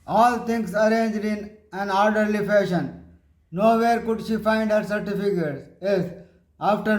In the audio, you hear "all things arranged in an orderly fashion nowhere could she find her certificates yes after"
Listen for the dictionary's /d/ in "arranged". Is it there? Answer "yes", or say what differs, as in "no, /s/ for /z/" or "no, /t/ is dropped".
yes